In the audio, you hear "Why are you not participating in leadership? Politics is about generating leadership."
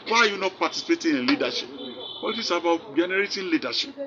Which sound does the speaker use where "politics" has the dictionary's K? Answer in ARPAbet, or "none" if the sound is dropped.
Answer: none